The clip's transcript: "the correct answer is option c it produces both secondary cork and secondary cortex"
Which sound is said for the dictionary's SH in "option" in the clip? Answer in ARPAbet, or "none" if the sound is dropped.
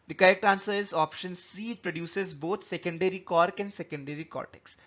SH